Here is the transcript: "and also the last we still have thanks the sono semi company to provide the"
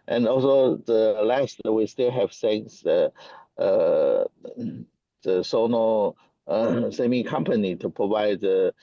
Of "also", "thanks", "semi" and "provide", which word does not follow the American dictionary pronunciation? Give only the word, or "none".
thanks